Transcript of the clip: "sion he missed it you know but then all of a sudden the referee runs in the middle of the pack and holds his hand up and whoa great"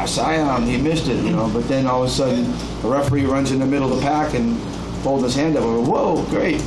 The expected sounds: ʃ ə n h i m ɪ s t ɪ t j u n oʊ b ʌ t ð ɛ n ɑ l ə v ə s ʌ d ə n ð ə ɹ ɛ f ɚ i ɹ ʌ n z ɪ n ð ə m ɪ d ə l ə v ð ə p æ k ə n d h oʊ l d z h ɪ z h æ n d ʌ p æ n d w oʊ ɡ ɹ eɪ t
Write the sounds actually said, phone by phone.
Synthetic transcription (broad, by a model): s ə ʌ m i m ɪ s t ɪ t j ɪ n oʊ b ʌ t ð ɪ n ɑ l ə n s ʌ d n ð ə ɹ ɛ f ɚ i ɹ ʌ n z ɪ n ð ə m ɪ d l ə ð ə p æ k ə n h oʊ l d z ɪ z h æ n d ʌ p w oʊ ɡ ɹ eɪ t